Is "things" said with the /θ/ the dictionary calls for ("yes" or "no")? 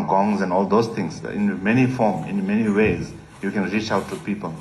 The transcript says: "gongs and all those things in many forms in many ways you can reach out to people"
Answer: no